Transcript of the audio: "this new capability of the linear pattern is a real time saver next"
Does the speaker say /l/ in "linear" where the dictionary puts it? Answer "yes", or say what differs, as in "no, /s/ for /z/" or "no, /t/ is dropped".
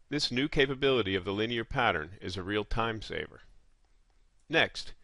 yes